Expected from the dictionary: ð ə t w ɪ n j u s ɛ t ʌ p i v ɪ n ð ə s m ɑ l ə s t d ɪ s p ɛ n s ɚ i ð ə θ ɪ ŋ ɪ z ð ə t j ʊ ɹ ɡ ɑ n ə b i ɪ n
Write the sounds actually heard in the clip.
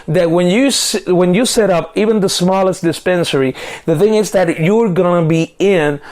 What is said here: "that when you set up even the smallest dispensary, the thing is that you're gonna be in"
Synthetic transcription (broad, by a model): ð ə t w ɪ n j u s ɛ t ʌ p i v ɪ n ð ə s m ɑ l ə s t d ɪ s p ɛ n s ɚ i ð ə θ ɪ ŋ ɪ z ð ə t j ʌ ɹ ɡ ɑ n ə b i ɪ n